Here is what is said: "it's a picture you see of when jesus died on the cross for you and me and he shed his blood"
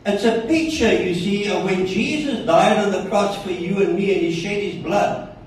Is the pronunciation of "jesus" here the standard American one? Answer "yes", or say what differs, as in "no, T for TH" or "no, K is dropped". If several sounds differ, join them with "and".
yes